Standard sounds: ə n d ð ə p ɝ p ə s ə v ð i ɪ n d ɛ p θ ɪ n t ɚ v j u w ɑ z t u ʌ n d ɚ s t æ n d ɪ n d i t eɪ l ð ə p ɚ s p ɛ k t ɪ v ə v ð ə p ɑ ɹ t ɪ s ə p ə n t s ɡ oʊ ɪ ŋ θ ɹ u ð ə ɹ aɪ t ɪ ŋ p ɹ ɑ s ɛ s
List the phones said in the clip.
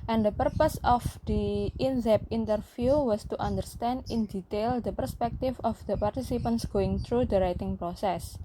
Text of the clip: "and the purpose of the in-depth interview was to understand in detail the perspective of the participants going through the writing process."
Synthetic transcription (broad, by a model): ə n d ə p ɝ p ə s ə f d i ɪ n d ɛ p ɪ n t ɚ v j u w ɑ s t u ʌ n d ɚ s t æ n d ɪ n d i t eɪ l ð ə p ɚ s p ɛ k t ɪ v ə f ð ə p ɑ ɹ t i s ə p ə n t s ɡ oʊ ɪ ŋ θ ɹ u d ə ɹ aɪ t ɪ ŋ p ɹ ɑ s ɛ s